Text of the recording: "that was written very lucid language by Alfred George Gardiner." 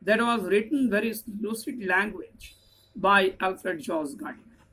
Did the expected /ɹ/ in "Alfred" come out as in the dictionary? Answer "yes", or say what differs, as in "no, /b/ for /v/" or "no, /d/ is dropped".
yes